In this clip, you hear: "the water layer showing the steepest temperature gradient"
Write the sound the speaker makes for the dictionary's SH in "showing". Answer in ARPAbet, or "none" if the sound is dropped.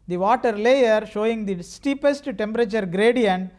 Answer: SH